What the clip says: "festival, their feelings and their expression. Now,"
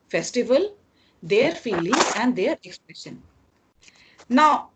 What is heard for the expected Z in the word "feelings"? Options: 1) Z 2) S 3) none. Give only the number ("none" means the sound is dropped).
3